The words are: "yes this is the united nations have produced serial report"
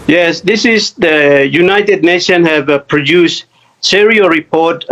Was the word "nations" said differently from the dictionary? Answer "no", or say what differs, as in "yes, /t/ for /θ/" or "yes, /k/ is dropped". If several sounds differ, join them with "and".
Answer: yes, /z/ is dropped